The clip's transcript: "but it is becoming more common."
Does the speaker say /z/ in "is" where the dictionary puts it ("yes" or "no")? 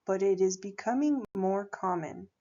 yes